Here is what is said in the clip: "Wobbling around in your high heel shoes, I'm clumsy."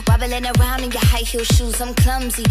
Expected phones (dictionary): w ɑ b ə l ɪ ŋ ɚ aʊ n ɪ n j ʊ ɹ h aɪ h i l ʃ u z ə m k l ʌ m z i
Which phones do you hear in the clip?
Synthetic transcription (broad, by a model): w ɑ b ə l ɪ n ɚ aʊ n ɪ n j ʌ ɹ h aɪ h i l ʃ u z ə m k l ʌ m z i